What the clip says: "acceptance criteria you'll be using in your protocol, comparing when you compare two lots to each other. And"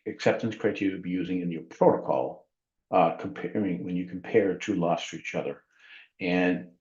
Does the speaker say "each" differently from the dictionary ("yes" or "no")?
no